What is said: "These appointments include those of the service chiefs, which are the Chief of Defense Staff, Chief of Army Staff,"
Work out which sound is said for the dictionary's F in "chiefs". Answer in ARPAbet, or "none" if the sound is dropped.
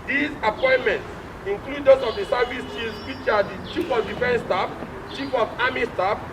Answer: none